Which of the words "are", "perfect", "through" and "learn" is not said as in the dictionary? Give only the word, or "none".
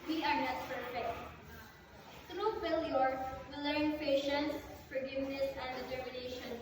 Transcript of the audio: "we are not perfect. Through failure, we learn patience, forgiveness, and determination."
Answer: through